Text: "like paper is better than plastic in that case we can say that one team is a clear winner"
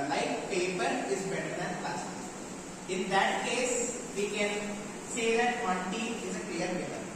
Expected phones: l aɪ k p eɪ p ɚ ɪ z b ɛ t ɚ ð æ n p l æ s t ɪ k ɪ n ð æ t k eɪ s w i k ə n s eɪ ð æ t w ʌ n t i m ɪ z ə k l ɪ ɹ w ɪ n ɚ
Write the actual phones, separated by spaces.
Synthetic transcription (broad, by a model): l aɪ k p eɪ p ɚ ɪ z b ɛ t ɚ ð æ n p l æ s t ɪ ɪ n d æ t k eɪ s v i k ə n s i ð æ t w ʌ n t i ɪ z ə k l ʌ ɹ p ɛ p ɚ